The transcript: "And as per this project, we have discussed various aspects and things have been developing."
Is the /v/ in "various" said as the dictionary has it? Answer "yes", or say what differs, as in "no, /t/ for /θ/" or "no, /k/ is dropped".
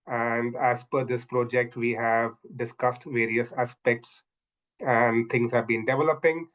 yes